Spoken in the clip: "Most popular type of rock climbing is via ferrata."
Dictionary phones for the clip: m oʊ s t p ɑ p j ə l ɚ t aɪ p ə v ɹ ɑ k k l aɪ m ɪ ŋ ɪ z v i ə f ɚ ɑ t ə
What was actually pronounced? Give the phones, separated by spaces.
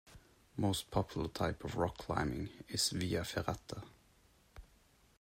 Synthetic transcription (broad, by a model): m oʊ s t p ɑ p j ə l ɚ t aɪ p ə v ɹ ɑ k k l aɪ m ɪ ŋ ɪ s v i ə f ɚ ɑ t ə